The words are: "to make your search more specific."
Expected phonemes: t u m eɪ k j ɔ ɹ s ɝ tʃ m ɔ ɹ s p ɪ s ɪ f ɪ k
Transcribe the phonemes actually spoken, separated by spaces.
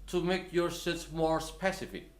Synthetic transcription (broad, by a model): t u m eɪ k j ɔ ɹ s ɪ s m ɔ ɹ s p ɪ s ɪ f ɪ k